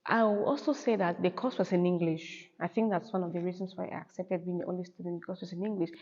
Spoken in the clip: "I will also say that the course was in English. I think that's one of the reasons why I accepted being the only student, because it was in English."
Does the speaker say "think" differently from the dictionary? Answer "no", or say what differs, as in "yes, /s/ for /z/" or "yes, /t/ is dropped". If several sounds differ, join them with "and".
no